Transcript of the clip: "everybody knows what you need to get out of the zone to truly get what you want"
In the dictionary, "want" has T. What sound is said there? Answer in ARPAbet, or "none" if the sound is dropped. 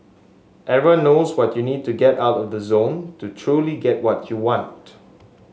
T